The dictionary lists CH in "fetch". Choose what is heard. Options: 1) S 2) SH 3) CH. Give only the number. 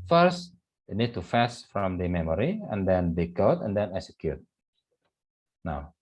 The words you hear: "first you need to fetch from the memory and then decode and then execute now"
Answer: 1